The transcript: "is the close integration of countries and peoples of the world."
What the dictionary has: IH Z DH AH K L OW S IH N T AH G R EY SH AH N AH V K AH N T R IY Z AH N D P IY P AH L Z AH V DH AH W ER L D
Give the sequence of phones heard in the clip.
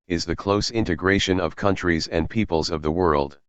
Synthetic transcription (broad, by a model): IH Z DH AH K L OW S IH N T AH G R EY SH AH N AH V K AH N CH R IY Z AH N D P IY P AH L Z AH V DH AH W ER L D